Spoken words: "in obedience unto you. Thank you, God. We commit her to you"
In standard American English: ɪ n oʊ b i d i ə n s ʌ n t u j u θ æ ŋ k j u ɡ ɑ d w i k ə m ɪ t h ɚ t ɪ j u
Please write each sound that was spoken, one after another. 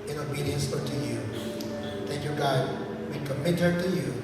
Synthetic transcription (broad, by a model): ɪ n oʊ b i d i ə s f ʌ t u j u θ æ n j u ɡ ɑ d w i k ə m ɪ t h ɚ t ɪ j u